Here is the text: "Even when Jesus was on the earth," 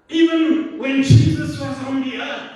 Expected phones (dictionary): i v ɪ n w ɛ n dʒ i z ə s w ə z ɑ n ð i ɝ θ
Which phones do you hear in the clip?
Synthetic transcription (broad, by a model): i v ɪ n w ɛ n dʒ i z ə s w ə z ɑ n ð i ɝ